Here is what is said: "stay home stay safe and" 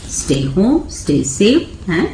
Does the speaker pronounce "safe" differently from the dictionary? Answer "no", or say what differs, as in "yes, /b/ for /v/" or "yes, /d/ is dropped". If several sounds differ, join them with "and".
yes, /f/ is dropped